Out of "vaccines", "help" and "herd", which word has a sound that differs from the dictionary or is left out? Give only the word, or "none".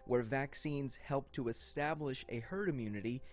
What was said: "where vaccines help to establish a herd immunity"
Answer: none